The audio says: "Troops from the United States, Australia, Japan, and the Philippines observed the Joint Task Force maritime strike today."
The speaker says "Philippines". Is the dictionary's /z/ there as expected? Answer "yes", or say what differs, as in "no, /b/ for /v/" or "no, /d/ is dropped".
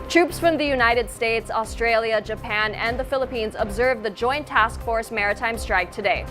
yes